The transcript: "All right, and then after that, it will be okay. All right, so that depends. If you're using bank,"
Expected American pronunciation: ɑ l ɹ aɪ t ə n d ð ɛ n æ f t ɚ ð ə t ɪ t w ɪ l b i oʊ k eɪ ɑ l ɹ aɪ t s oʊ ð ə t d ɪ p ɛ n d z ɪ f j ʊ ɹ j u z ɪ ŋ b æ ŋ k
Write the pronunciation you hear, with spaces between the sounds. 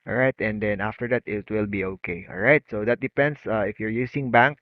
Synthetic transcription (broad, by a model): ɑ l ɹ aɪ t ə n d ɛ n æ f t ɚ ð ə t ɪ t w ɪ l b i oʊ k eɪ ɑ l ɹ aɪ t s oʊ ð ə t d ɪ p ɛ n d s ɪ f j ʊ ɹ j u s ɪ ŋ b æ ŋ k